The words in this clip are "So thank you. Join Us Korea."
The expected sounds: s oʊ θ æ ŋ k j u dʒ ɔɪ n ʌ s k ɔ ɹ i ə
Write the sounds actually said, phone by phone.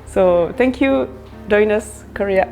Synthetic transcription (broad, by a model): s oʊ t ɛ ŋ k j u dʒ ɔɪ n ʌ s k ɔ ɹ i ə